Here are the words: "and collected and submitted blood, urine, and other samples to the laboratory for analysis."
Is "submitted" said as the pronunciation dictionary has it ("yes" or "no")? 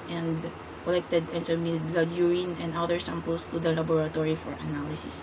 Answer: no